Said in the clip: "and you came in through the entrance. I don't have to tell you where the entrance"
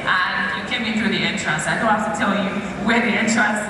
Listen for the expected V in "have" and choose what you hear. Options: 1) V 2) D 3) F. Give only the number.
3